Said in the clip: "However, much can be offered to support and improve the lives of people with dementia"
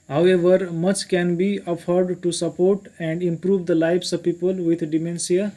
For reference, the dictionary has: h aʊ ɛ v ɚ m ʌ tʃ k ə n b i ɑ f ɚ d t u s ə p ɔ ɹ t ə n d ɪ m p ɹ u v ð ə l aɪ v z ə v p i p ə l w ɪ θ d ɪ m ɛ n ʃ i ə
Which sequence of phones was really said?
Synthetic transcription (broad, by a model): h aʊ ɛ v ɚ m ʌ tʃ k ə n b i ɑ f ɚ d t u s ə p ɔ ɹ t ə n d ɪ m p ɹ u v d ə l aɪ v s ə v p i p ə l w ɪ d d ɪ m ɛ n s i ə